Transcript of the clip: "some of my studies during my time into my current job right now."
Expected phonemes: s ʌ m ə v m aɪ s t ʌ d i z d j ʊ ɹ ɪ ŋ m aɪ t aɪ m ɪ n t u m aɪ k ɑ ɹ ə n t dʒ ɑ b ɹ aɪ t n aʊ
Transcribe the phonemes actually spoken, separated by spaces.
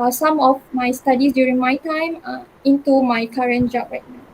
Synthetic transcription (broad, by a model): s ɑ m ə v m aɪ s t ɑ d i s d j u ɹ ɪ ŋ m aɪ t aɪ m ɪ n t u m aɪ k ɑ ɹ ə n dʒ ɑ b ɹ aɪ t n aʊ